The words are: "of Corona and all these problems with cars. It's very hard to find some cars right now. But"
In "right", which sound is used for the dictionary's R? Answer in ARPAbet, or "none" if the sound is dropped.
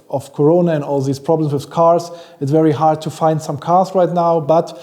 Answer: R